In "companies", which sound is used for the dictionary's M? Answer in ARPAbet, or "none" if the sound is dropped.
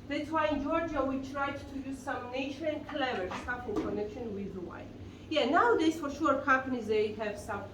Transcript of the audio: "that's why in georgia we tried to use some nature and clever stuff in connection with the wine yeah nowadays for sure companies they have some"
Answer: none